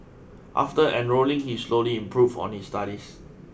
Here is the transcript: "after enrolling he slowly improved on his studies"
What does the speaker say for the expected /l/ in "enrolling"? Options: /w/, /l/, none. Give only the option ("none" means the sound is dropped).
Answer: /l/